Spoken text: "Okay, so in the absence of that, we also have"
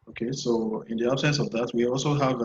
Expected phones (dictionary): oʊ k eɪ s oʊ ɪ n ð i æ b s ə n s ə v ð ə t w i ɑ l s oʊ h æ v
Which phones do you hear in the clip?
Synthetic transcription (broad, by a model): oʊ k eɪ s oʊ ɪ n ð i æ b s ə n s ə v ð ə t w i ɑ l s oʊ h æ v